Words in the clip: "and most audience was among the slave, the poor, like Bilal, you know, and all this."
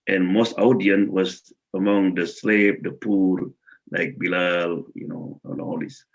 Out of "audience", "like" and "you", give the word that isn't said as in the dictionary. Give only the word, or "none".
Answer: audience